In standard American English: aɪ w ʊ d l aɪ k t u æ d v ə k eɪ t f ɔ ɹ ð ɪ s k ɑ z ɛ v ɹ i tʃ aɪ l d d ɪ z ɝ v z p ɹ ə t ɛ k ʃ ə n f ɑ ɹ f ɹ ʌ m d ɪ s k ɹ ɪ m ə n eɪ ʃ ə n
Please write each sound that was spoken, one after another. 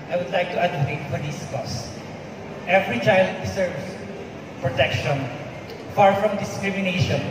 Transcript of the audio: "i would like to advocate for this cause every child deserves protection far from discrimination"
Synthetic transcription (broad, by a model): aɪ w ʊ d l aɪ k t u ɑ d ə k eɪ t f ɔ ɹ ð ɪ s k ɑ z ɛ v ɹ i tʃ aɪ l d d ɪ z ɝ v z p ɹ ə t ɛ k ʃ ə n f ɑ ɹ f ɹ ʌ m d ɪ s k ɹ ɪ m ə n eɪ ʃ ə n